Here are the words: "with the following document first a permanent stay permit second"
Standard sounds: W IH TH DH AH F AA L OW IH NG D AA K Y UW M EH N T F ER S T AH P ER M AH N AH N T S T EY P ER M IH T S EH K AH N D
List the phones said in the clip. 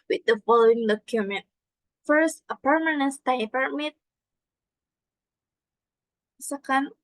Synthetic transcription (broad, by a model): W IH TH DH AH F AA L OW IH NG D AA K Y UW M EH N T F ER S T AH P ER M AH N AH N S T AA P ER M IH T S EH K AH N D